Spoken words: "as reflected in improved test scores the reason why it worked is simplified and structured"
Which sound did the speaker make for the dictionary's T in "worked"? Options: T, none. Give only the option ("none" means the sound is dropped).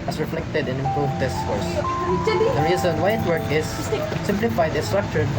none